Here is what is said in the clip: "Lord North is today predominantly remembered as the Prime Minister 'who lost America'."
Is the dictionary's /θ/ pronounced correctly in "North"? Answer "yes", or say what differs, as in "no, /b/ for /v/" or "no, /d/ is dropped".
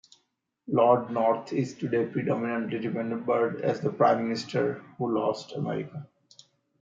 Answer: no, /t/ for /θ/